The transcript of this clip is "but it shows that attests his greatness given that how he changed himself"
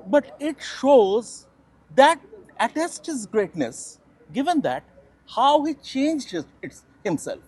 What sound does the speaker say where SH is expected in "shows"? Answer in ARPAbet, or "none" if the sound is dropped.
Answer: SH